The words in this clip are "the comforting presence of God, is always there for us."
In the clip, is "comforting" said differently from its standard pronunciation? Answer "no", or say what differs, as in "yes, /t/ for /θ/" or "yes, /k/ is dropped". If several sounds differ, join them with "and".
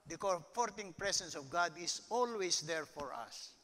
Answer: yes, /m/ is dropped